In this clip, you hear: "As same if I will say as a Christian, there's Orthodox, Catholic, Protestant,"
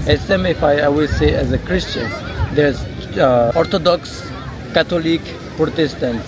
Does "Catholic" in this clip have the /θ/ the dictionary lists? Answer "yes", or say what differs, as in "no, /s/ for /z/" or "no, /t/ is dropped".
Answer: no, /t/ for /θ/